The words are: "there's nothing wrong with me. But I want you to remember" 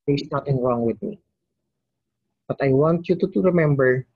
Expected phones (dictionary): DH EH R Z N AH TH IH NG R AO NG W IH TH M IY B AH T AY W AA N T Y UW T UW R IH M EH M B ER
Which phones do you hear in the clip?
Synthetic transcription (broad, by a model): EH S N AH T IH NG R AO NG W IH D M IY B AH T AY W AA N T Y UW T UW R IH M EH M B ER